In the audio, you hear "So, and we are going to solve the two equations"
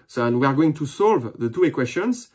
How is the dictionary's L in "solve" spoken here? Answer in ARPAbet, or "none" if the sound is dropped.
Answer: L